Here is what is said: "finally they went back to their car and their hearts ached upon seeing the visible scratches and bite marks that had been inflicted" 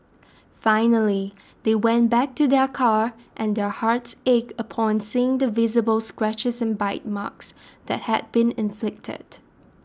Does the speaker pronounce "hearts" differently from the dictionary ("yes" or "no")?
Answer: no